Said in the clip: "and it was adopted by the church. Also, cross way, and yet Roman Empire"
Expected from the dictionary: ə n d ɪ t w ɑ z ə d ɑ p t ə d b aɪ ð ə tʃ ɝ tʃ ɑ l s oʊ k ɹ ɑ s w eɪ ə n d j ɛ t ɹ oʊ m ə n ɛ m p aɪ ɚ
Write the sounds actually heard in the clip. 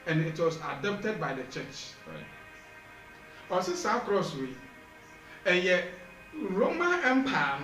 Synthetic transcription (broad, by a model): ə n ɪ t w ɑ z ə d ɑ p t ə d b aɪ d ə tʃ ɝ tʃ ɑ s s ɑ k ɹ ɑ s w eɪ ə j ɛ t ɹ oʊ m ə n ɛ m p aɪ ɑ